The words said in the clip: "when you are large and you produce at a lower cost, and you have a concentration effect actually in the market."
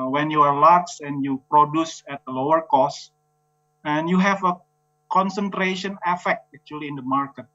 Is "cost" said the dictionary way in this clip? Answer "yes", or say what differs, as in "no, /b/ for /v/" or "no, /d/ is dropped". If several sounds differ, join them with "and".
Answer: no, /t/ is dropped